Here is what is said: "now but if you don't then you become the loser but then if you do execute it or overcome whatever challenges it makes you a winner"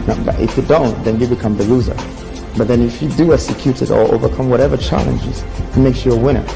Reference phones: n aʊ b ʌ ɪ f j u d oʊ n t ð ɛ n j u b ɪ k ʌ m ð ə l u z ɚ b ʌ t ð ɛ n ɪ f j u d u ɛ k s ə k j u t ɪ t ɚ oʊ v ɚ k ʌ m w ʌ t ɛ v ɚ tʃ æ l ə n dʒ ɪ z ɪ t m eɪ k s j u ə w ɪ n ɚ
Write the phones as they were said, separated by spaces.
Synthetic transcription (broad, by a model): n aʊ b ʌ ɪ f j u d oʊ n t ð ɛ n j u b ɪ k ʌ m ð ə l u z ɚ b ʌ t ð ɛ n ɪ f j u d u ɛ k s ə k j u t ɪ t ɚ oʊ v ɚ k ʌ m w ʌ t ɛ v ɚ tʃ æ l ə n dʒ ɪ z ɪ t m eɪ k s j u ə w ɪ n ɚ